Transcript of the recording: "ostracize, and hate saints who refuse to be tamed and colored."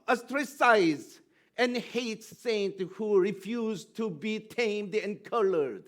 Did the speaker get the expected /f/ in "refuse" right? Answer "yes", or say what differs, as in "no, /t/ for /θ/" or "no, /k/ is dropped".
yes